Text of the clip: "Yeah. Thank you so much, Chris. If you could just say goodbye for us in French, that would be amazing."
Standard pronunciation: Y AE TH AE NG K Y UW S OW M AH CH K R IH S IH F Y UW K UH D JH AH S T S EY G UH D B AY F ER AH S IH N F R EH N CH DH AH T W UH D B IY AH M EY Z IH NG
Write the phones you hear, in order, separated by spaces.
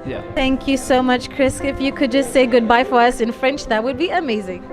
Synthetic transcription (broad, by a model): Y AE TH AE NG K Y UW S OW M AH CH K R IH S IH F Y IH K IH D JH AH S T S EY G UH D B AY F ER AH S IH N F R EH N CH DH AH T W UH D B IY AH M EY Z IH NG